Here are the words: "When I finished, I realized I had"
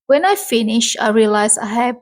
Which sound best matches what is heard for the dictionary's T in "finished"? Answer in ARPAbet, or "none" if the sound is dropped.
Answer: none